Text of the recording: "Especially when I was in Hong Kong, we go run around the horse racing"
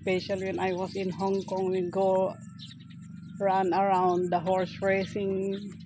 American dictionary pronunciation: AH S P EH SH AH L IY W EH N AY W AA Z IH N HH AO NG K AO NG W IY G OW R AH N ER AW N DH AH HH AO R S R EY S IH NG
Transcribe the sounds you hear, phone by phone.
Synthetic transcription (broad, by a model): P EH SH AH L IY W EH N AY W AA S IH N HH AO NG K AO NG W IY G OW R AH N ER AW N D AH HH AO R S R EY S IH NG